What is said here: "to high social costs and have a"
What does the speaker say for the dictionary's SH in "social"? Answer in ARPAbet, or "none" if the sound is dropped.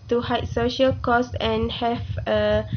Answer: SH